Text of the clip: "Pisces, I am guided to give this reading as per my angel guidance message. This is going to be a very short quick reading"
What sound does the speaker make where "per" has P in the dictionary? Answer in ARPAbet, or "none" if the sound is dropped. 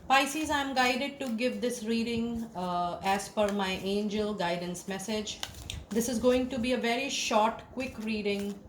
F